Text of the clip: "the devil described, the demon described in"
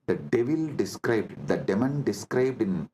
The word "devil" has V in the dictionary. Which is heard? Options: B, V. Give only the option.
V